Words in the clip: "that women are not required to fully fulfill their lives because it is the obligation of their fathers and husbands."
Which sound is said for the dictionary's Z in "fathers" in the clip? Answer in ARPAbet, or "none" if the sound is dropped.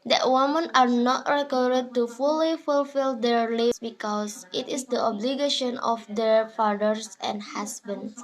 S